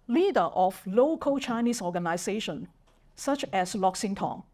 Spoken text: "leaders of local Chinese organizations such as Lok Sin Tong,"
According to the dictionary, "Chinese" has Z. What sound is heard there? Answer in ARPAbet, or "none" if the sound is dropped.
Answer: S